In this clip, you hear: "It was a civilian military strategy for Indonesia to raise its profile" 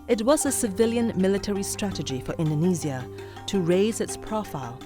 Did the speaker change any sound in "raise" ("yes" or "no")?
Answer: no